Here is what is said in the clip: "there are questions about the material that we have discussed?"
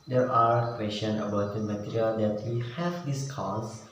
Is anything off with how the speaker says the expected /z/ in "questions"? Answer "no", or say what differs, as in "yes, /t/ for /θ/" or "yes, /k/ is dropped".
yes, /z/ is dropped